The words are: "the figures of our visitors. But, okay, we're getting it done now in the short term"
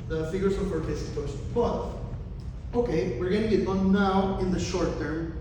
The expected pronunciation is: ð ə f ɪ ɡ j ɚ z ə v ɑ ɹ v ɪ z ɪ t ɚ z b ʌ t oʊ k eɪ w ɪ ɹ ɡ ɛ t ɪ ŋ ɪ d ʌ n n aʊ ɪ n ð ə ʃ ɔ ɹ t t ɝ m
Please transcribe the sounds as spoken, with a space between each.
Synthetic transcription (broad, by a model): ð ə f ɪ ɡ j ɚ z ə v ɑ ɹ p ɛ s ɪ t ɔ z b ʌ t oʊ k eɪ w ɪ ɹ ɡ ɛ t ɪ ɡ ɪ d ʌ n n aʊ ɪ n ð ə ʃ ɔ ɹ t t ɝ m